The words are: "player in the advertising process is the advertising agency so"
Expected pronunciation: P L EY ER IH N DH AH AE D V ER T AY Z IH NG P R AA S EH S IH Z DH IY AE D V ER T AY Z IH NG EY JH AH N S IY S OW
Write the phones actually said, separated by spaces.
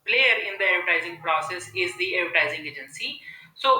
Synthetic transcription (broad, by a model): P L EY ER IH N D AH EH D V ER T AY Z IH NG P R AA S EH S IH Z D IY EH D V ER T AY Z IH NG EY JH AH N S IY S OW